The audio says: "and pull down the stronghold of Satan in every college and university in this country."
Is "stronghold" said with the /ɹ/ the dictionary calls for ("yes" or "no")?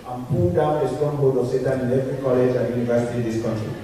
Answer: no